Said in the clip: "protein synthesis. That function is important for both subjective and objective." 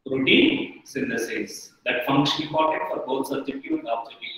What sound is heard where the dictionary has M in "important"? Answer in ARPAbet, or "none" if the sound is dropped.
none